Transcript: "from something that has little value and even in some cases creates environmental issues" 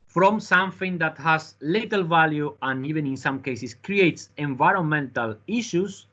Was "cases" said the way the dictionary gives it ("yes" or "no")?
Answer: no